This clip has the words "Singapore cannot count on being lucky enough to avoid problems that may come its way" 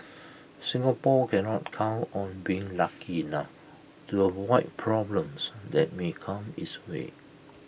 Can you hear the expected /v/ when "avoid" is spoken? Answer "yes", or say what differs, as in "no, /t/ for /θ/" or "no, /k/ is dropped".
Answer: no, /w/ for /v/